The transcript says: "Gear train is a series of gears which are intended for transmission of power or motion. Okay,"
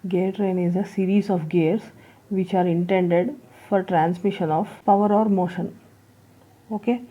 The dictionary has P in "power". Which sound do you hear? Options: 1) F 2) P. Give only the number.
2